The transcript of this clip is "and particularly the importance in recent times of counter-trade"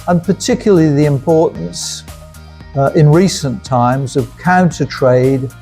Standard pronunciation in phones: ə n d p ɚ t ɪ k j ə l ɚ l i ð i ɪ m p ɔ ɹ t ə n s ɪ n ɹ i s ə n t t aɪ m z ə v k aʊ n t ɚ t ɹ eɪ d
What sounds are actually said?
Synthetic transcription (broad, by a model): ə n p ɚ t ɪ k j l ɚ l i ð i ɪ m p ɔ ɹ t n s ɪ n ɹ i s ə n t t aɪ m z ə v k aʊ n t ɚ t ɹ eɪ d